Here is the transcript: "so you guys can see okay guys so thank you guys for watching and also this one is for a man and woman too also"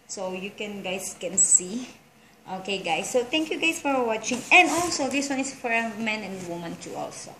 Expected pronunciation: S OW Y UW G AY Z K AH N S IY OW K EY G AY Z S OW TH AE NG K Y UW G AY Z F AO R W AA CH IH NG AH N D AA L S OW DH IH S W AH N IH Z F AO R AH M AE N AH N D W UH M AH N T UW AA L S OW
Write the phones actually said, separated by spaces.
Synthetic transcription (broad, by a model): S OW Y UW G AY S K AH N S IY OW K EY G AY S OW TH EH NG K Y UW G AY S F AO R W AA CH IH NG AH N D AA L S OW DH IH S W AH N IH S F AO R AH M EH N AH N D W UH M AH N T UW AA L S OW